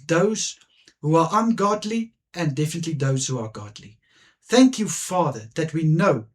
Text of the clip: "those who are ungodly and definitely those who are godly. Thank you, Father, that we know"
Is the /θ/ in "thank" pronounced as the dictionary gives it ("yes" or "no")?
yes